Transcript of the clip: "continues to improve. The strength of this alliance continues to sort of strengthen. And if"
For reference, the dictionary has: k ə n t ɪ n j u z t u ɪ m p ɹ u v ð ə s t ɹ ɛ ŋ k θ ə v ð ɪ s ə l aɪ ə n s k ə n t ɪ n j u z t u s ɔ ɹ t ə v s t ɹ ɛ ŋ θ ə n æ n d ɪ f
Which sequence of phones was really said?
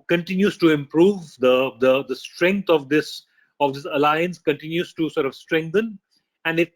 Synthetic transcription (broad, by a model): k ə n t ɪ n j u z t u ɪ m p ɹ u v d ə s t ɹ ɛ ŋ k s ə v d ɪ s ə l aɪ ə n s k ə n t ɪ n j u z t u s ɔ ɹ t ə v s t ɹ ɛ ŋ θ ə n æ n d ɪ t